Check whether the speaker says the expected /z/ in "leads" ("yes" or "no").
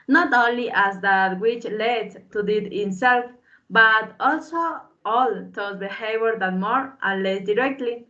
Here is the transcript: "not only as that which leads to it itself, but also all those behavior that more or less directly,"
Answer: no